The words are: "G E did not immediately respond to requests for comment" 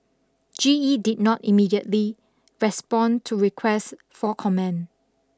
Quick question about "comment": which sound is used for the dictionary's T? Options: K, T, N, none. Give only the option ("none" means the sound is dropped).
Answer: none